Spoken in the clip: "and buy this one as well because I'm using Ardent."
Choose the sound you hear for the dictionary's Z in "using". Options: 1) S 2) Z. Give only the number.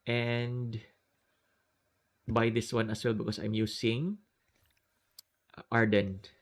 1